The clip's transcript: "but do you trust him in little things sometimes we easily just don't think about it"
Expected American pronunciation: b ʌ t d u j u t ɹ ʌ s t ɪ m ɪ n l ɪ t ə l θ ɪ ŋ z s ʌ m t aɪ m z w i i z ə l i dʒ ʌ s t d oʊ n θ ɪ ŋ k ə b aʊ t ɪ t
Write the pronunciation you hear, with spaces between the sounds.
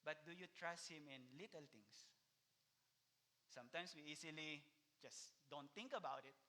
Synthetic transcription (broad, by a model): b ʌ t d u j u t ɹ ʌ s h ɪ m ɪ n l ɪ t ə l t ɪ ŋ s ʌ m t aɪ m s w i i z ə l i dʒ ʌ s d oʊ n t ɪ ŋ k ə b aʊ t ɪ t